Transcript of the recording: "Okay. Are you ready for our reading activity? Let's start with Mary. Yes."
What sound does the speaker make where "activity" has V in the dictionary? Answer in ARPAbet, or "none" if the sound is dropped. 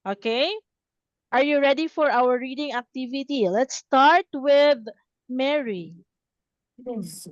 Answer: V